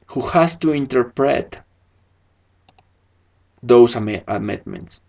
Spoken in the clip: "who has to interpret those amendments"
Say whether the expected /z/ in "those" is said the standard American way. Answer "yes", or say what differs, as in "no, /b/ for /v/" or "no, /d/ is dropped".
no, /s/ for /z/